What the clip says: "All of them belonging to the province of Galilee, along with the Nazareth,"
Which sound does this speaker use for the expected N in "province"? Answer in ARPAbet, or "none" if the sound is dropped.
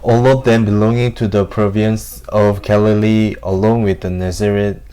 N